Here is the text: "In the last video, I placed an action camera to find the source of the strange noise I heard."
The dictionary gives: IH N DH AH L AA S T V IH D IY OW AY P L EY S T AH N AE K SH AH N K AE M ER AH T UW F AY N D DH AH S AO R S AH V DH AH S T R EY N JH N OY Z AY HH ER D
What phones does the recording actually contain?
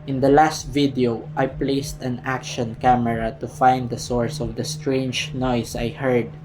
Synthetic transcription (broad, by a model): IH N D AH L AA S T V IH D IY OW AY P L EY S T AH N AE K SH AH N K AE M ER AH T UW F AY N D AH S AO R S AH V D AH S T R EY N JH N OY S AY HH ER D